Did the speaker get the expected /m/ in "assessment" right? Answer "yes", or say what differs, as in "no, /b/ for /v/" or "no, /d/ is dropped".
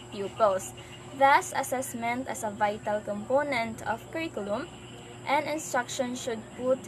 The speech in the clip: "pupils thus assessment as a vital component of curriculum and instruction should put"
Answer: yes